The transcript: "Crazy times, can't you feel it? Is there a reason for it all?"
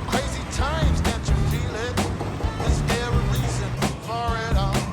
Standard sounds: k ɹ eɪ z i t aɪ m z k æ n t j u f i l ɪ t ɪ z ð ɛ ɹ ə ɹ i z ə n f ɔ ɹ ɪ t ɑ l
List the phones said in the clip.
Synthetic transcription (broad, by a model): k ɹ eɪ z i t aɪ m z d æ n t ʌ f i l ɪ t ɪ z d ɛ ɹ ə l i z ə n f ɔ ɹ ɪ t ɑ